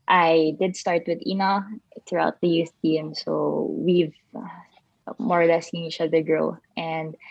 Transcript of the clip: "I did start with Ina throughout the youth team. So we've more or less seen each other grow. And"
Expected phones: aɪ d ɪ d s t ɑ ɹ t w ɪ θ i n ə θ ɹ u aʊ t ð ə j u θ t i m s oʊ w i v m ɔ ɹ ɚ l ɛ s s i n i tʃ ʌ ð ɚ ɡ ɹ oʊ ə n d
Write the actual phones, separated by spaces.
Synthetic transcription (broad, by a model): aɪ d ɪ d s t ɑ ɹ t w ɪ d i n ə θ ɹ u aʊ t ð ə j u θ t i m s oʊ w i v m ɔ ɹ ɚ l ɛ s s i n i tʃ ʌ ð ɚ ɡ ɹ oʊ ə n d